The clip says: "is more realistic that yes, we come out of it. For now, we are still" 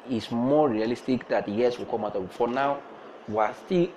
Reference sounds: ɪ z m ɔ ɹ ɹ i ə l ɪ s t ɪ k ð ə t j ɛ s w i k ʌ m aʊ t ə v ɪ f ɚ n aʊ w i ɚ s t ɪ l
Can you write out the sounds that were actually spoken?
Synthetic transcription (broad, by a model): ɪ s m ɔ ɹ ɹ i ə l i s t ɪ k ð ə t j ɛ s w i k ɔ m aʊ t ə b ɪ f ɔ n aʊ w i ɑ s t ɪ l